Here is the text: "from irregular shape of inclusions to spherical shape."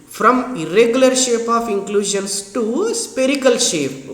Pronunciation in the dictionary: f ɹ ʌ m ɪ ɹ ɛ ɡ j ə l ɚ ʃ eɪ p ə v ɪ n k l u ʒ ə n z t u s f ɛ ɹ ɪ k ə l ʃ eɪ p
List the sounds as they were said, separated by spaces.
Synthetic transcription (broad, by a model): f ɹ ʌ m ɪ ɹ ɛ ɡ j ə l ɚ ʃ eɪ p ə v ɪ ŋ k l u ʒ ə n s t u s p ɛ ɹ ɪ k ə l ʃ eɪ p